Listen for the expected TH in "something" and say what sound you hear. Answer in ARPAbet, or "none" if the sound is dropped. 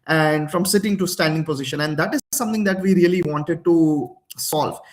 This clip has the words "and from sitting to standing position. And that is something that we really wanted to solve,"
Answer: T